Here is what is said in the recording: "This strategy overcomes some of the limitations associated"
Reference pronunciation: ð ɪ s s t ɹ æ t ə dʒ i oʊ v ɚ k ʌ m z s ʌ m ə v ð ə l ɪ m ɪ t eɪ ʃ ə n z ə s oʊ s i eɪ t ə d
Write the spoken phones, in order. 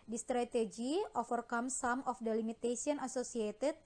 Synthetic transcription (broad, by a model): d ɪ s s t ɹ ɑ t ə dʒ i oʊ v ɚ k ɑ m s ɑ m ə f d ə l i m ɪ t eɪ s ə n ə s oʊ s i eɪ t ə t